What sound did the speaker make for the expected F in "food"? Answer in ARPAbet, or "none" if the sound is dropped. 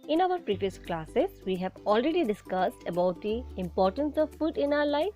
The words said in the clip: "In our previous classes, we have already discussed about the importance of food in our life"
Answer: P